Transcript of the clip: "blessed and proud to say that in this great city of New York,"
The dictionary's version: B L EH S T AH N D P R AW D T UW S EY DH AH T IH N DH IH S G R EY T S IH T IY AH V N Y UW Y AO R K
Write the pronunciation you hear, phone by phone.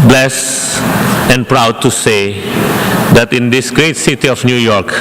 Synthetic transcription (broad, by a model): B L EH S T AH N P R AW D T UW S EY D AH T IH N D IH S G R EY T S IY T IY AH F N Y UW Y AO R K